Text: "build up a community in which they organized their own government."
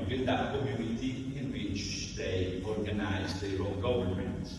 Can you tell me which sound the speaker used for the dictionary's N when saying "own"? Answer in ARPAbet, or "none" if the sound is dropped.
L